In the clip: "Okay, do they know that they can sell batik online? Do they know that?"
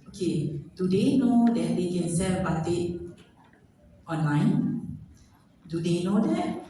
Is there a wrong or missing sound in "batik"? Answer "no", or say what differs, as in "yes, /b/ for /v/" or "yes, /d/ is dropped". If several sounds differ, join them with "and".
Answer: yes, /k/ is dropped